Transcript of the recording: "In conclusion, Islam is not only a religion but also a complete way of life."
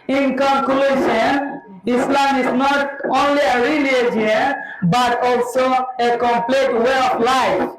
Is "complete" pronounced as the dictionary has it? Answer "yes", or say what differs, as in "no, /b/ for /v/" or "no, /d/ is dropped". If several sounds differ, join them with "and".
yes